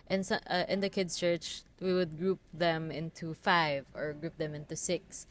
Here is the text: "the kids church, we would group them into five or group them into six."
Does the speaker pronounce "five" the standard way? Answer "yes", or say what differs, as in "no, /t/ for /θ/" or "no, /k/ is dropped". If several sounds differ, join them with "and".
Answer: yes